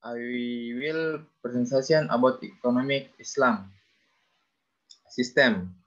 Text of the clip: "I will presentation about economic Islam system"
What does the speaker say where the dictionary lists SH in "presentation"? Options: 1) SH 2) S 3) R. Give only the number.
2